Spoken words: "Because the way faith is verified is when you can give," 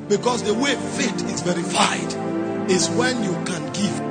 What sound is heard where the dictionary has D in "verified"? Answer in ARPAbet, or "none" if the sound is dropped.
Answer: D